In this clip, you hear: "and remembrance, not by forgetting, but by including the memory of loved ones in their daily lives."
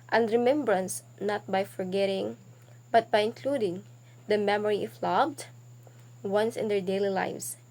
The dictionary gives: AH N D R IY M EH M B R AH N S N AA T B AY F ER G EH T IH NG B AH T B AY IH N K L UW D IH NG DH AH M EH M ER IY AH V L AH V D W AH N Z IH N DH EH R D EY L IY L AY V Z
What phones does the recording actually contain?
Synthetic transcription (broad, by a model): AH N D R IY M EH M B R AH N S N AA T B AY F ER G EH T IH NG B AH T B AY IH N K L UW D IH NG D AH M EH M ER IY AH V L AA B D W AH N S IH N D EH R D EY L IY L AY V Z